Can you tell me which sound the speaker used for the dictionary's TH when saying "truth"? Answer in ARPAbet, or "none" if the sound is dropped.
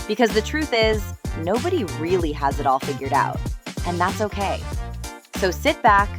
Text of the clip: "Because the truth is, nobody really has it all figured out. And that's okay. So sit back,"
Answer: TH